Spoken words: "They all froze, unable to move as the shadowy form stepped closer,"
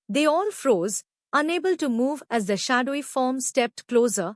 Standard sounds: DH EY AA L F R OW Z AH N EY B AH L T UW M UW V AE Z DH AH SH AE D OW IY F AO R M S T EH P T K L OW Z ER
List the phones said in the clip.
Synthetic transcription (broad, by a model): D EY AA L F R OW Z AH N EY B AH L T UW M UW V AE Z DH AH SH AE D OW IY F AO R M S T EH P T K L OW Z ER